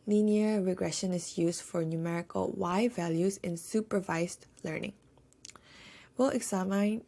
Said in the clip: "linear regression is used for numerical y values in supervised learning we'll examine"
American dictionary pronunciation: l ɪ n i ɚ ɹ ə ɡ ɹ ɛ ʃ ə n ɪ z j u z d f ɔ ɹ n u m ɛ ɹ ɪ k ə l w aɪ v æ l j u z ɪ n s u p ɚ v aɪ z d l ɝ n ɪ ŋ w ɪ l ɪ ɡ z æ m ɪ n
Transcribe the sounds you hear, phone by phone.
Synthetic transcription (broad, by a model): l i n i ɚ ɹ ə ɡ ɹ ɛ ʃ ə n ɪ s j u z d f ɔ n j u m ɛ ɹ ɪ k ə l w aɪ v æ l j u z ɪ n s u p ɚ v aɪ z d l ɝ n ɪ ŋ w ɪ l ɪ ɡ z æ m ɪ n